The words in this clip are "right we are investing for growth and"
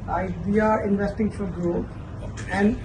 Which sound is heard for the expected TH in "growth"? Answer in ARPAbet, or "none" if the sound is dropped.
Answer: T